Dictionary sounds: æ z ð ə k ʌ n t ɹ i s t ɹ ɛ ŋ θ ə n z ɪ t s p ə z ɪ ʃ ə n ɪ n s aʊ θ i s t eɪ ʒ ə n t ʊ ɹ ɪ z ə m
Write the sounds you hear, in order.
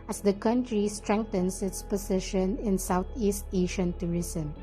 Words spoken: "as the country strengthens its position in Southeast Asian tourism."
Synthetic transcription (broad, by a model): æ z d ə k ʌ n t ɹ i s t ɹ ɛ ŋ t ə n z ɪ t s p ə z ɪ ʃ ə n ɪ n s aʊ t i s t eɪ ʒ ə n t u ɹ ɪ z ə m